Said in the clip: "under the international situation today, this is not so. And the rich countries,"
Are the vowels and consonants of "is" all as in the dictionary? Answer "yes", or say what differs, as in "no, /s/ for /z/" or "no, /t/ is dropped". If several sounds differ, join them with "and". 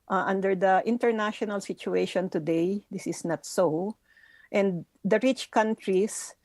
no, /s/ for /z/